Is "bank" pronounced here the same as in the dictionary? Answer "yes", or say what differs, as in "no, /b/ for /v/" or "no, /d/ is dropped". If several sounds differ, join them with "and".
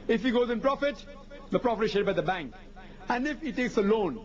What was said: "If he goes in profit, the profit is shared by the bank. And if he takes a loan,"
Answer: yes